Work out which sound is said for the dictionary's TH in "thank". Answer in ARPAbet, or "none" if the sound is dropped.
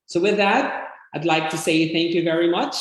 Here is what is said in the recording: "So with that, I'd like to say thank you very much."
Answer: TH